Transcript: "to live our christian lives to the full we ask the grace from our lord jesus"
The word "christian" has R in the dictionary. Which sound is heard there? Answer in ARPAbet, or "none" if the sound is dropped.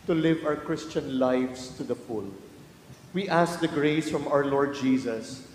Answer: R